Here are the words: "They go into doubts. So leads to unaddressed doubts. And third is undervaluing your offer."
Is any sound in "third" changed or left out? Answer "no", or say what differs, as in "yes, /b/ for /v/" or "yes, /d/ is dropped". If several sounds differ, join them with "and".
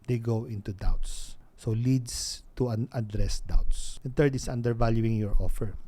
yes, /t/ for /θ/